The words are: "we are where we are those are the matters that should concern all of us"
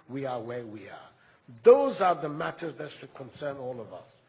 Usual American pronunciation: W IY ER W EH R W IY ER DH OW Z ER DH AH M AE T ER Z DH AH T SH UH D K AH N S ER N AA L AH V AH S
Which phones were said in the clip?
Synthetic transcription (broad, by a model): W IY ER W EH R W IY ER DH OW Z ER DH AH M AE T ER Z DH AH T SH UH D K AH N S ER N AA L AH V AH S